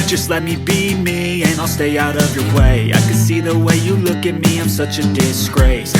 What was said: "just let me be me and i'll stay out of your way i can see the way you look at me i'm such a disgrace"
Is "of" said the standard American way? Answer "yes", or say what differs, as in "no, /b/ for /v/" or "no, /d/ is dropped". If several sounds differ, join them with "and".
yes